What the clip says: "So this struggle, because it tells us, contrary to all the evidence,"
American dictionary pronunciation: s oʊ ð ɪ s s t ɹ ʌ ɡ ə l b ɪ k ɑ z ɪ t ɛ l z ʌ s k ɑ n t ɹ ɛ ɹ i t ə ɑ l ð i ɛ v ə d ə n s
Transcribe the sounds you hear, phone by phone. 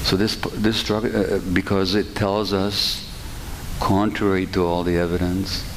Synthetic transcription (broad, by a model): s oʊ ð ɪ s s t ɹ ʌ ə b ɪ k ɑ z ɪ t ɛ l z ʌ s k ɑ n t ɹ ɛ ɹ i t ə ɑ l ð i ɛ v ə d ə n s